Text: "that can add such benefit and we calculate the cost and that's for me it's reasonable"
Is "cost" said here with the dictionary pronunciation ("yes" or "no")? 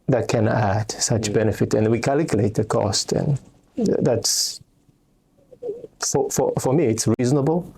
yes